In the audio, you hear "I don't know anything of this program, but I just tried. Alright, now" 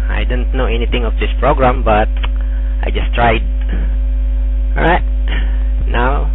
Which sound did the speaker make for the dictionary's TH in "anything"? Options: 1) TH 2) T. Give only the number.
2